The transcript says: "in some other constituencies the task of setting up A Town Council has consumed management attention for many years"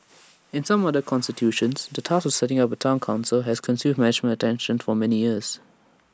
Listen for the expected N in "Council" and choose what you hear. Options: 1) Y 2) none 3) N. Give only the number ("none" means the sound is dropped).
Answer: 3